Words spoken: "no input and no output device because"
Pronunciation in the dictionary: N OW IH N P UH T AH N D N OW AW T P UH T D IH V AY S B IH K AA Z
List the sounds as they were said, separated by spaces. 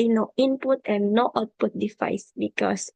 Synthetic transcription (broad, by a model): N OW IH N P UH T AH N N OW AW T P UH T D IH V AY S B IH K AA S